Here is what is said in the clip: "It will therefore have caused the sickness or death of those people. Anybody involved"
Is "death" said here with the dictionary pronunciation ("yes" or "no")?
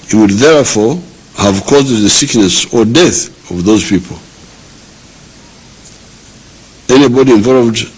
yes